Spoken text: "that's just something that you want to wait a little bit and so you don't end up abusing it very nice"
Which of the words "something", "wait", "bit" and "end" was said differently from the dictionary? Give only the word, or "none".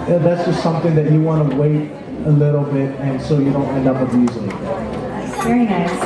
none